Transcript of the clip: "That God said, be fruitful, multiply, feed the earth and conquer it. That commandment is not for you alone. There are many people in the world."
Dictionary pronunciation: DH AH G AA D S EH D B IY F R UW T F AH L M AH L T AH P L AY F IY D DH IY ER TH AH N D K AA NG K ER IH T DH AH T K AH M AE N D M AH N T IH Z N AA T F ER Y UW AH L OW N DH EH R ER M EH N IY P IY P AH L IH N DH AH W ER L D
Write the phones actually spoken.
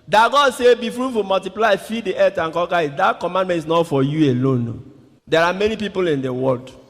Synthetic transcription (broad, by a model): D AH G AA D S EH B IY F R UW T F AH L M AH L T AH P L AY F IY D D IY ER T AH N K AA K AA IH T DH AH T K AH M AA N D M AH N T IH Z N AA T F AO Y UW AH L OW N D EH R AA M EH N IY P IY P AH L IH N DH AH W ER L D